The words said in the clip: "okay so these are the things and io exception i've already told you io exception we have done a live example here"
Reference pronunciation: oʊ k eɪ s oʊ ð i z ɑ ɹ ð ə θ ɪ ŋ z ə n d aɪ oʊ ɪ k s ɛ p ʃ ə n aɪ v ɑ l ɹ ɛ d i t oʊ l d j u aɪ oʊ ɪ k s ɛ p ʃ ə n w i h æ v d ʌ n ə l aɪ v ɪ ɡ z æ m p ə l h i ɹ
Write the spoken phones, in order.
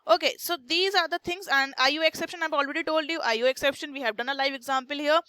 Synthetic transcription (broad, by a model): oʊ k eɪ s oʊ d i z ɑ ɹ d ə t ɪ ŋ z ə n d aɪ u ɪ k s ɛ p ʃ ə n aɪ v ɑ l ɹ ɛ d i t oʊ l d j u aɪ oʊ ɪ k s ɛ p ʃ ə n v i h æ v d ʌ n ə l aɪ v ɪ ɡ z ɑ m p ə l h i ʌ